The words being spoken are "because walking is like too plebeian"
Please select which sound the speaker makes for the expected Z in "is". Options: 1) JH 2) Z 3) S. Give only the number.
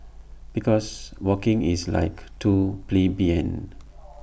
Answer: 3